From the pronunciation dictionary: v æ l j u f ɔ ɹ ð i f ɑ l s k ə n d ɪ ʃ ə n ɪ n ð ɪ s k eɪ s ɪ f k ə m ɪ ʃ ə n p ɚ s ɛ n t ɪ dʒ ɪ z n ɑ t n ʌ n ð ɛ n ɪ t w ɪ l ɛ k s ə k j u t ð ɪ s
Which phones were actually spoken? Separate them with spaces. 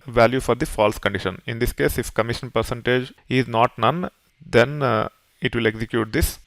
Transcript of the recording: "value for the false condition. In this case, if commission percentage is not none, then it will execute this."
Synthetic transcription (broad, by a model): v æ l j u f ɔ ɹ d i f ɑ l s k ə n d ɪ ʃ ə n ɪ n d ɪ s k eɪ s ɪ f k ə m ɪ ʃ ə n p ɚ s ɛ n t ɪ dʒ ɪ z n ɑ t n ʌ n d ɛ n ɪ t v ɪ l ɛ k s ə k j u t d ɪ s